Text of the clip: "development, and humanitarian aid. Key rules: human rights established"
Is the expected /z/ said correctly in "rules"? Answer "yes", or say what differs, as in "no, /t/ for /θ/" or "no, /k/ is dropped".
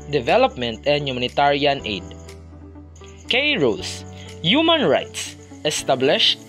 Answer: no, /s/ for /z/